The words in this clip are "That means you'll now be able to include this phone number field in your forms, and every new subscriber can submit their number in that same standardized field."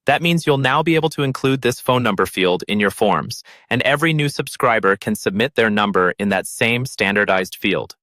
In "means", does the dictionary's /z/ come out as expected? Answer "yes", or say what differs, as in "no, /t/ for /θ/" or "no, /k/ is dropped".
yes